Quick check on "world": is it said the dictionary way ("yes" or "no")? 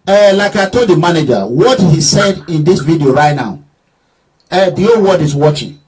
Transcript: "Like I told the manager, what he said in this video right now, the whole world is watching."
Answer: no